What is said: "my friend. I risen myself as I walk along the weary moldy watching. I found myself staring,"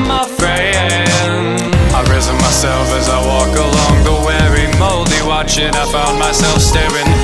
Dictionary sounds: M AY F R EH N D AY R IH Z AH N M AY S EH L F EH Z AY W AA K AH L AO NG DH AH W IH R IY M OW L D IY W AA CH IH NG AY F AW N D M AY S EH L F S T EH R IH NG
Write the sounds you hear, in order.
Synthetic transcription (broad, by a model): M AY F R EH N AY R IH Z AH N M AY S EH L F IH Z AY W AA K AH L AO NG DH AH W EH R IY M OW L D IY W AA CH IH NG AY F AW N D M AY S EH L F S T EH R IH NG